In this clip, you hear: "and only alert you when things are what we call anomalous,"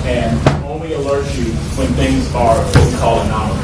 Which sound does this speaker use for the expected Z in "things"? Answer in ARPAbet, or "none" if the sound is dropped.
Z